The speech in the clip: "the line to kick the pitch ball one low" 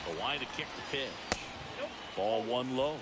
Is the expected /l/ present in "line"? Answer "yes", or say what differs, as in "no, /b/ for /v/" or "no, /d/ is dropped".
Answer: no, /w/ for /l/